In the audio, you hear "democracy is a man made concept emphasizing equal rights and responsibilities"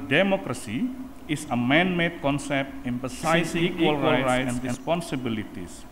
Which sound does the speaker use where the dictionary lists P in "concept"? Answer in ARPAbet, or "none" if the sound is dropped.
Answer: P